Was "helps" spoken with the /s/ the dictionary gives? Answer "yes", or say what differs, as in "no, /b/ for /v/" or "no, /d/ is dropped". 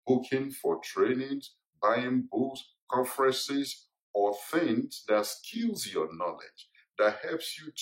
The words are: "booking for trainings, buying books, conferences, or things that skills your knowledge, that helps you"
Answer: yes